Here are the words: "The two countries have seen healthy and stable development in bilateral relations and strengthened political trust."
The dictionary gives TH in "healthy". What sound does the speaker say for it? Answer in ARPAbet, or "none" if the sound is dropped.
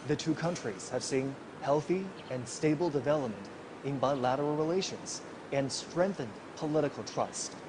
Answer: TH